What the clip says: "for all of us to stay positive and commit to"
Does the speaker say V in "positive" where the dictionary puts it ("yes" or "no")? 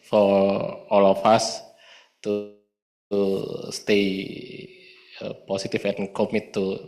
no